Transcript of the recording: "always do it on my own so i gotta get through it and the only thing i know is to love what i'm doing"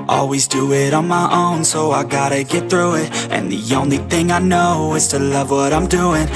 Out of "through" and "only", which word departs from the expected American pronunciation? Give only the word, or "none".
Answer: none